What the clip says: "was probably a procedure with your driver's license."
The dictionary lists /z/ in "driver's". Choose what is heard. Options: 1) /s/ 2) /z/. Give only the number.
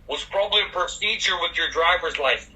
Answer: 2